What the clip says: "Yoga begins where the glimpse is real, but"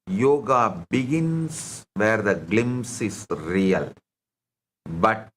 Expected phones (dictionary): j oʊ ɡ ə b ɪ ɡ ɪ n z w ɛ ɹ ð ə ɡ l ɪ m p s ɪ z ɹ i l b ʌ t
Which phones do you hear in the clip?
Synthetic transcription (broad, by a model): j oʊ ɡ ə b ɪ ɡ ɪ n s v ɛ ɹ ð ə ɡ l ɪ m s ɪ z ɹ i l b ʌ t